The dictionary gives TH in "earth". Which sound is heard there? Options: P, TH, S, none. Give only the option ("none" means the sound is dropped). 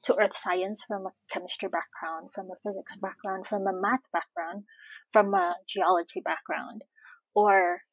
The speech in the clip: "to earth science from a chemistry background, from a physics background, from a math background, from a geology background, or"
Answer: TH